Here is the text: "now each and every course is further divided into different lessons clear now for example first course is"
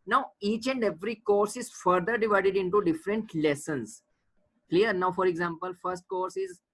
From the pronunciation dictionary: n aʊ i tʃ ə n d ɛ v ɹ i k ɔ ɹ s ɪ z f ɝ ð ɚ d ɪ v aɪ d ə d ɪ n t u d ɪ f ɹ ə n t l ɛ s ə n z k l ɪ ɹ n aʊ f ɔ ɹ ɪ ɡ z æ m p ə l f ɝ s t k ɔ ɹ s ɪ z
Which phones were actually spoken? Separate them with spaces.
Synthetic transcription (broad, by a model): n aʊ i tʃ ə n d ɛ v ɹ i k ɔ ɹ s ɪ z f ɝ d ɚ d ɪ v aɪ d ə d ɪ n t u d ɪ f ɹ ə n t l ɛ s ə n s k l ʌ ɹ n aʊ f ɔ ɹ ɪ ɡ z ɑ m p ə l f ɝ s t k ɔ ɹ s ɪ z